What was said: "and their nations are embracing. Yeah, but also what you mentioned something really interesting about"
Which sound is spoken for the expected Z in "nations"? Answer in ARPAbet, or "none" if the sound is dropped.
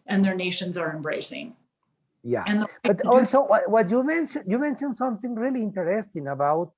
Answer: Z